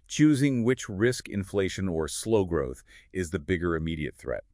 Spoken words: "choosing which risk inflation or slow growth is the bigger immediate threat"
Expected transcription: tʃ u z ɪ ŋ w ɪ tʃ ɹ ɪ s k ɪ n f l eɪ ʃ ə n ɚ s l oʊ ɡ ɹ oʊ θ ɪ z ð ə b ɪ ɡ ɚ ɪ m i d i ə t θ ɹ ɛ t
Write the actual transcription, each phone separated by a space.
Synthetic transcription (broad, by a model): tʃ u z ɪ ŋ w ɪ tʃ ɹ ɪ s k ɪ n f l eɪ ʃ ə n ɚ s l oʊ ɡ ɹ oʊ θ ɪ z ð ə b ɪ ɡ ɚ ɪ m i d i ə t θ ɹ ɛ t